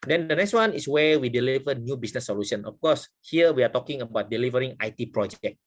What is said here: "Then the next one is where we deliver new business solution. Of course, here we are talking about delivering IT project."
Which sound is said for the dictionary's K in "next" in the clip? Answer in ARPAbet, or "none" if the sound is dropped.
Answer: K